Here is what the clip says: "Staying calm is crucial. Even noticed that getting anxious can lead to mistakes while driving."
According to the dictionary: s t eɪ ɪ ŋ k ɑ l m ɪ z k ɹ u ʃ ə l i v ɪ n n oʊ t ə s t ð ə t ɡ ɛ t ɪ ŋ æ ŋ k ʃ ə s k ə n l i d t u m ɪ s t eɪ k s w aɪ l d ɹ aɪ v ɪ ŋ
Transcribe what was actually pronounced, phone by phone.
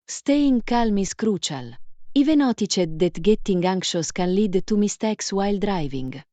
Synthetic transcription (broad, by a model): s t eɪ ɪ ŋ k ɑ l m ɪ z k ɹ u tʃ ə l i v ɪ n n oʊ t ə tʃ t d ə t ɡ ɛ t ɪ ŋ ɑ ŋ k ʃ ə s k ə n l i d t u m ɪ s t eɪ k s w aɪ l d ɹ aɪ v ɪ ŋ